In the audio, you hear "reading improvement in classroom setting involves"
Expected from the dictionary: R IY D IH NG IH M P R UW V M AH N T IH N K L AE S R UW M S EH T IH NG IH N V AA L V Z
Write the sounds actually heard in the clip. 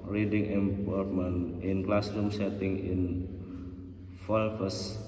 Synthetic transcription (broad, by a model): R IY D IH NG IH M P AO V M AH N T IH N K L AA S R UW M S EH T IH NG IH N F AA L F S